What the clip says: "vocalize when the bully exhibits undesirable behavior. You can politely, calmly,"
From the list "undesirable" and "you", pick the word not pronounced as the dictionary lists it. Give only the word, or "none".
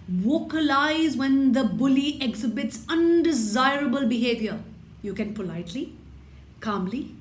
none